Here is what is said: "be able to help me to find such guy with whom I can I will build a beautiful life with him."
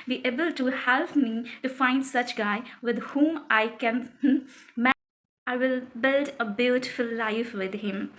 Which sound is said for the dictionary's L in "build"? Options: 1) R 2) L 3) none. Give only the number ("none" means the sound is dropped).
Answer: 2